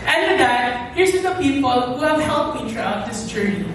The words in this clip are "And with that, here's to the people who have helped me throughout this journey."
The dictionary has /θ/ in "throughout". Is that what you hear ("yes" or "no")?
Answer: no